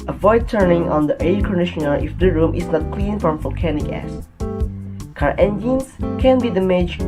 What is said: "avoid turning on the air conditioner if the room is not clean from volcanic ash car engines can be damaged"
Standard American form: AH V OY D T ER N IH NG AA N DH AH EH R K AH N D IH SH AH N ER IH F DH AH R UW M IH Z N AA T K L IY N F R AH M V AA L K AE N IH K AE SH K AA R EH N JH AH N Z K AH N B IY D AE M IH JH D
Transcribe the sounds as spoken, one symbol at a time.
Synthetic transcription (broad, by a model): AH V OY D T ER N IH NG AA N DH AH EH K AH N D IH SH AH N ER IH F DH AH R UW M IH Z N AA T K L IY N F R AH M V AA L K AE N IH K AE S K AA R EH N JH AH N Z K AH N B IY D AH M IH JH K